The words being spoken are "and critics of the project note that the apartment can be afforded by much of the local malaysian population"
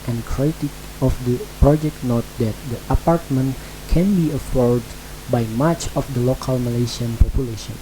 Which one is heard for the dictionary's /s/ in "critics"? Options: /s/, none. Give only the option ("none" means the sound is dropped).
none